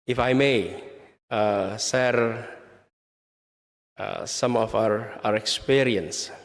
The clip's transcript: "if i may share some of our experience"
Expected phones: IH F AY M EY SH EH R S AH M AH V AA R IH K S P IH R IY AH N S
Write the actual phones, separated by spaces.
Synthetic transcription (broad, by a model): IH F AY M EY S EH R S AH M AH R AA R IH K S P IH R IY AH N S